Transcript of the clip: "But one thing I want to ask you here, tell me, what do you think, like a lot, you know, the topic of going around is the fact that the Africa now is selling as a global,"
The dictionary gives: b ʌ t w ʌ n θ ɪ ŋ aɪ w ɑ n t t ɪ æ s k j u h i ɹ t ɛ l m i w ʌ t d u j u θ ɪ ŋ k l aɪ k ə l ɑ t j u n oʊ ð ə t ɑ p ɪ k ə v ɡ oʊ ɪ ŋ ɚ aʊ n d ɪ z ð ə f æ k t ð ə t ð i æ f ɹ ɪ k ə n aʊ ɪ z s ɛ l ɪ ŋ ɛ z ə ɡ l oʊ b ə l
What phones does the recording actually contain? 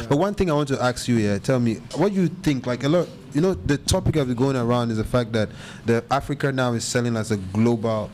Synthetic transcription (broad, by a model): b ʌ t w ʌ n θ ɪ ŋ aɪ w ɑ n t t ɪ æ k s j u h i t ɛ l m i w ʌ t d j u θ ɪ ŋ k l aɪ k ə l ɑ t j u n oʊ ð ə t ɑ p ɪ k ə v ɡ oʊ ɪ ŋ ɚ aʊ n d ɪ z ð ə f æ k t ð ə t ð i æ f ɹ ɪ k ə n aʊ ɪ z s ɛ l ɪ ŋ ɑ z ə ɡ l oʊ b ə l